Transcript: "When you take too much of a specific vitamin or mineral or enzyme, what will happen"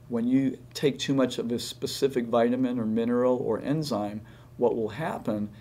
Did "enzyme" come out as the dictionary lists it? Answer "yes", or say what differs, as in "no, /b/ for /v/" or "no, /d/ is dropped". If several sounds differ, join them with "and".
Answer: yes